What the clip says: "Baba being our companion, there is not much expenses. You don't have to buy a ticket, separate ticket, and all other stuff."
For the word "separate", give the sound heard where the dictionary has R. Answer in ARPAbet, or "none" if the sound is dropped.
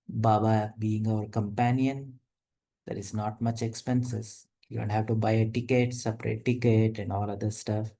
R